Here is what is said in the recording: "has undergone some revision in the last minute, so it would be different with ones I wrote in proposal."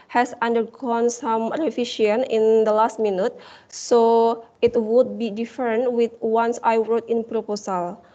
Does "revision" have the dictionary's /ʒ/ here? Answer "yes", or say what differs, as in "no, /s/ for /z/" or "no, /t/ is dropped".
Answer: no, /ʃ/ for /ʒ/